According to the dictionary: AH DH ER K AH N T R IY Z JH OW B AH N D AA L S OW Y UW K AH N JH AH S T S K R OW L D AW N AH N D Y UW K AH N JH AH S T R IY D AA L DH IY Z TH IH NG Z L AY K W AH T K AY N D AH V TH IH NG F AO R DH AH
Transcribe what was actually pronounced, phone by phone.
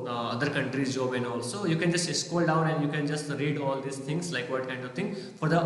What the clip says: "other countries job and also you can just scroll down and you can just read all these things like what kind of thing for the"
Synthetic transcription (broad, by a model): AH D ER K AH N T R IY Z JH OW B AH N AA L S OW Y UW K AH N JH AH S T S K OW L D AW N AH N D Y UW K AH N JH AH S T R IY D AA L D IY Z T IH NG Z L AY K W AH T K AY N D AH V T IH NG F AO R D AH